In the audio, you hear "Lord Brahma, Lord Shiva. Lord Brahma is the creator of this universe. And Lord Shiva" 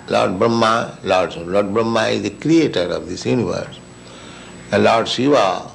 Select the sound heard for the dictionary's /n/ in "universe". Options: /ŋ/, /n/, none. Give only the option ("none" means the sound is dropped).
/n/